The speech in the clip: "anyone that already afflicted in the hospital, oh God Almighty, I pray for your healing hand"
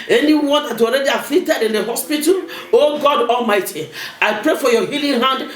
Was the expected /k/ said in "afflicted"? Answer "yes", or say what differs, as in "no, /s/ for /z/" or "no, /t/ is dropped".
no, /k/ is dropped